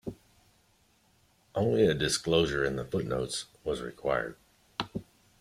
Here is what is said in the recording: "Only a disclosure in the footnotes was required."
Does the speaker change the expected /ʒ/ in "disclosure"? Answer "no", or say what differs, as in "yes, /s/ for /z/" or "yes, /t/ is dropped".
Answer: no